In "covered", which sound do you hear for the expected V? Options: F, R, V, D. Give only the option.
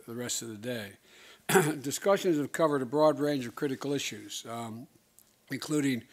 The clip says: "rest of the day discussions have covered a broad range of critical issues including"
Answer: V